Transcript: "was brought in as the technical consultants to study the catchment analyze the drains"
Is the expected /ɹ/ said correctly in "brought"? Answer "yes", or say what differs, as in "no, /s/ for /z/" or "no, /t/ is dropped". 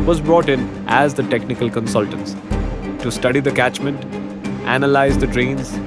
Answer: yes